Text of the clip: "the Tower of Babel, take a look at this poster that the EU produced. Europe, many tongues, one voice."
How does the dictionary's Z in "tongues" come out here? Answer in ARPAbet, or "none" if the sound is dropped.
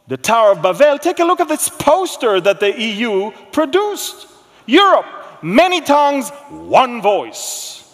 Z